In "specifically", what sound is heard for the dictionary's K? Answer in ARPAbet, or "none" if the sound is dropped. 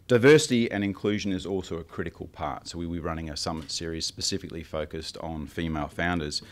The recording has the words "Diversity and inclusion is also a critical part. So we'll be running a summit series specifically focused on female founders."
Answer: K